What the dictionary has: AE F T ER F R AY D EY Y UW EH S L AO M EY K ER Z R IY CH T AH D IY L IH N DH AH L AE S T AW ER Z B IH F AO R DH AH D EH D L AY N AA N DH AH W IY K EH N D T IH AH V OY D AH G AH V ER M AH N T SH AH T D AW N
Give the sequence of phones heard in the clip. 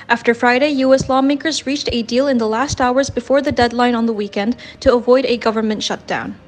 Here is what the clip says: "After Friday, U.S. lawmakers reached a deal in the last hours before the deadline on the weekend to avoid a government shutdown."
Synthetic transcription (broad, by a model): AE F T ER F R AY D EY Y UW EH S L AO M EY K ER Z R IY CH T AH D IY L IH N DH AH L AE S T AW ER Z B IH F AO R DH AH D EH D L AY N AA N DH AH W IY K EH N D T IH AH V OY D AH G AH V ER M AH N T SH AH T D AW N